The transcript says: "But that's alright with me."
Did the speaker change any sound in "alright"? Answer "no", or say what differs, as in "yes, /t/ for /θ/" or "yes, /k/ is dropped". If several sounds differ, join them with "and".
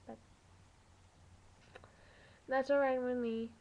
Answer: yes, /l/ is dropped